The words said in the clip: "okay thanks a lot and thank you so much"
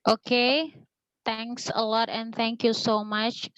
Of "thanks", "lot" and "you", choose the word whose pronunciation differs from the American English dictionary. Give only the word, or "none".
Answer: thanks